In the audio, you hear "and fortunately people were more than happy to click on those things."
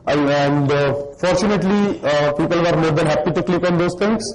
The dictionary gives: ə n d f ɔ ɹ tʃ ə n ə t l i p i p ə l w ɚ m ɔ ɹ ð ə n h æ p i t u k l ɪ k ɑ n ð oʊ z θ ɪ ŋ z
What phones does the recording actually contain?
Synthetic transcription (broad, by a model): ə n d f ɔ ɹ tʃ ə n ə t l i p i p ə l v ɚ m ɔ ɹ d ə n h æ p i t u k l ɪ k ɑ n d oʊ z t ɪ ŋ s